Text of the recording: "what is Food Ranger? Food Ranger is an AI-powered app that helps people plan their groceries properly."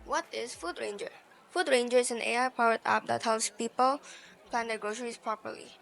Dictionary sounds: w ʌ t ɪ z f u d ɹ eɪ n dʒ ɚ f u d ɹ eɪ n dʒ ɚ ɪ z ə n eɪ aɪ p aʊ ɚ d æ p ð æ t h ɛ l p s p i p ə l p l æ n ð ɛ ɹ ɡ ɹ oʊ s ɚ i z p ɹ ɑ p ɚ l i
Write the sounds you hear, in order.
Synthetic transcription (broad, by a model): w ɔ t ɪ s f u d ɹ eɪ n dʒ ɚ f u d ɹ eɪ n dʒ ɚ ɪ s ə n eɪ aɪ p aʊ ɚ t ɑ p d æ t h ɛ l s p i p ə l p l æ n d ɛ ɡ ɹ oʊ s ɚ i s p ɹ ɑ p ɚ l i